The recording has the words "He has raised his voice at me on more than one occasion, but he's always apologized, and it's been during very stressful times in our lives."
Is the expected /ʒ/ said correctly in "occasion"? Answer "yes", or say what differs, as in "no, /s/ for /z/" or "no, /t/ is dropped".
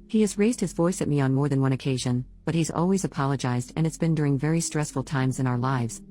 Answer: yes